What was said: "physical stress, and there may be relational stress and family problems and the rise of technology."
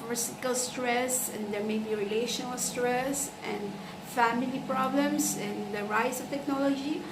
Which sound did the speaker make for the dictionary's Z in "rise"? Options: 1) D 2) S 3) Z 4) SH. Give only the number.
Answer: 2